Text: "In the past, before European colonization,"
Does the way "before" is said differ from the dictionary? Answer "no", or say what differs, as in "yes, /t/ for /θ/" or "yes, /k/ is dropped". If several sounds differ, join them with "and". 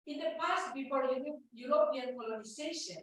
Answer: yes, /p/ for /f/